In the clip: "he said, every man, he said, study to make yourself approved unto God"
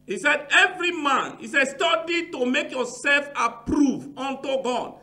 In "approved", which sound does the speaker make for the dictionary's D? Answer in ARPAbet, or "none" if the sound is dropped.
none